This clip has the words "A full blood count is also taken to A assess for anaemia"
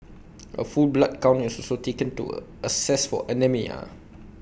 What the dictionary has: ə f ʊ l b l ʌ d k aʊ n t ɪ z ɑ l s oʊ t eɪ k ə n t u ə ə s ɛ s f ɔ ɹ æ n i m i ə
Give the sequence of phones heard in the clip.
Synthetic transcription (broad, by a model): ə f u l b l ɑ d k aʊ n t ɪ s ɑ l s oʊ t eɪ k ə n t u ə ə s ɛ s f ɔ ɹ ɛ n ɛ m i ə